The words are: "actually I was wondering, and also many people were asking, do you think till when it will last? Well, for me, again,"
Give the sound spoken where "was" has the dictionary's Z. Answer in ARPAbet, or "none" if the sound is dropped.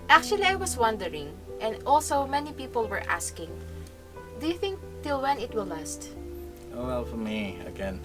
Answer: S